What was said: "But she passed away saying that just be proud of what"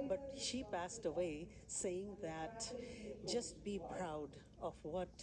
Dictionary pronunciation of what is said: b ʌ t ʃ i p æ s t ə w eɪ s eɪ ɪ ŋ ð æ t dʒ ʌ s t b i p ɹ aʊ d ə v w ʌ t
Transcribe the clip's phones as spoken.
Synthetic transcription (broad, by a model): b ʌ t ʃ i p æ s t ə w eɪ s eɪ ɪ ŋ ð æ t dʒ ʌ s t b i p ɹ aʊ d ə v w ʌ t